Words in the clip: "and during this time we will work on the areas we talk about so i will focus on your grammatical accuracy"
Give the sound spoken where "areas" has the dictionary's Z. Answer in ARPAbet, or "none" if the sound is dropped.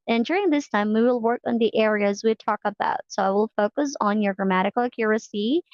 Z